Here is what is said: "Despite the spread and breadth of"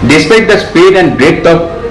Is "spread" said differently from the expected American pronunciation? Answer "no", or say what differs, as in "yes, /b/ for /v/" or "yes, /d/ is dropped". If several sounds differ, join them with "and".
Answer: yes, /ɹ/ is dropped